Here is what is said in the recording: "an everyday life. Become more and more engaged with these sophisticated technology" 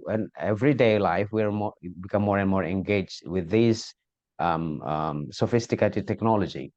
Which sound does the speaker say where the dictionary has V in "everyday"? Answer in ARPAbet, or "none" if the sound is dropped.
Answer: V